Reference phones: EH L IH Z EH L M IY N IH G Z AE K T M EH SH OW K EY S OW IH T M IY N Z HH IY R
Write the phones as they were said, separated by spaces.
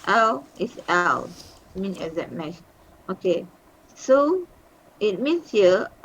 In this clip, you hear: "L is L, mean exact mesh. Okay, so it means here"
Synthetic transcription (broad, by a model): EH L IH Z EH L M IY N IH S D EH T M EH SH OW K EY S OW IH T M IY N S HH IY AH